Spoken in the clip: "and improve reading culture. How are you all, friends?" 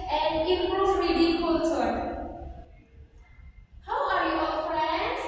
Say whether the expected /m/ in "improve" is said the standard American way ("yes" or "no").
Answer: no